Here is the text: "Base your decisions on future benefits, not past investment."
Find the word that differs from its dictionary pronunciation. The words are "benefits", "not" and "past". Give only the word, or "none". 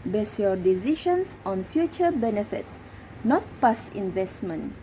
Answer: past